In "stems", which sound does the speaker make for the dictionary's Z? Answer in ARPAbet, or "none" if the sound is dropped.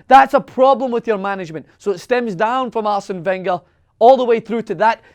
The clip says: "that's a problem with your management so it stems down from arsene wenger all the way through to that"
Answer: Z